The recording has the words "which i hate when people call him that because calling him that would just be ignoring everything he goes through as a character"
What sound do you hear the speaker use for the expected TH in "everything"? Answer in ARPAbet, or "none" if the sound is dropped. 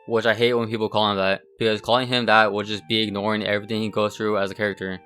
TH